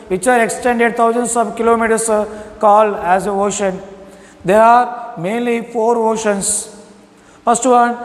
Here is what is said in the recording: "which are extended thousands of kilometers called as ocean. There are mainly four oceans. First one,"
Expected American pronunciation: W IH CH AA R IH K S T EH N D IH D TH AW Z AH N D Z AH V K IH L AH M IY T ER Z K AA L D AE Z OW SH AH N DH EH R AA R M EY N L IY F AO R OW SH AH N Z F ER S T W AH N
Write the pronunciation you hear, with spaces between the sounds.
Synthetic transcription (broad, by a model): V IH CH AA R IH K S T EH N D IH D T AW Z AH N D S AH V K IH L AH M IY T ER S K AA L AE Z OW SH AH N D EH R AA R M EY N L IY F AO R OW SH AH N S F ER S T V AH N